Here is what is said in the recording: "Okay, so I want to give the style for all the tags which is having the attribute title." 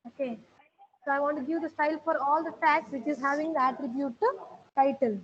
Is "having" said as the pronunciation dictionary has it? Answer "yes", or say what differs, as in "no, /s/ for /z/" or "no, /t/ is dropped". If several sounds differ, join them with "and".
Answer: yes